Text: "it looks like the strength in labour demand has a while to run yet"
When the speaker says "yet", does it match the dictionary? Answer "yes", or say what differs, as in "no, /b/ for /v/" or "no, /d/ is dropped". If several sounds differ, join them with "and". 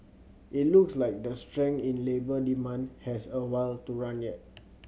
yes